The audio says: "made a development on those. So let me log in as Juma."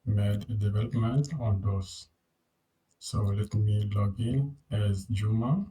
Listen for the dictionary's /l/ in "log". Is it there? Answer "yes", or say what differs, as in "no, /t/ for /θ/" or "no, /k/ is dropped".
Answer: yes